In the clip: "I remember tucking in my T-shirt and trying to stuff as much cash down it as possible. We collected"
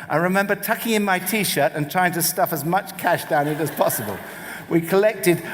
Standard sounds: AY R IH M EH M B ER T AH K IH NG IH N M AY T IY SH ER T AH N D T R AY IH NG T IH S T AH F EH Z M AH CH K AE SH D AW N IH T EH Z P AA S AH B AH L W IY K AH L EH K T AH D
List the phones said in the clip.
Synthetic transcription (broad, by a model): AY R IH M EH M B ER T AH K IH NG IH N M AY T IY SH ER T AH N T R AY IH NG T IH S T AH F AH Z M AH CH K AE SH D AW N IH T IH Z P AA S AH B AH L W IY K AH L EH K T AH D